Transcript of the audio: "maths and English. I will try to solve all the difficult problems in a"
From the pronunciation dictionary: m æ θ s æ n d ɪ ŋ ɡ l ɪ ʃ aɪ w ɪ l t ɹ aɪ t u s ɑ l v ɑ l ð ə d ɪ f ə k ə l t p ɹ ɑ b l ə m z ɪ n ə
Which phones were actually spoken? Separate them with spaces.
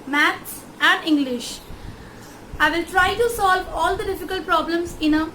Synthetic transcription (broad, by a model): m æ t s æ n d ɪ ŋ ɡ l ɪ ʃ aɪ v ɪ l t ɹ aɪ t u s ɑ l v ɑ l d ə d ɪ f ə k ə l t p ɹ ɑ b l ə m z ɪ n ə